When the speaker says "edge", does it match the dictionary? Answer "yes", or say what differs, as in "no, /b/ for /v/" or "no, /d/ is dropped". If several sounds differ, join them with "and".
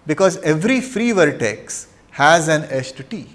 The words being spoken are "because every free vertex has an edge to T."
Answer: no, /tʃ/ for /dʒ/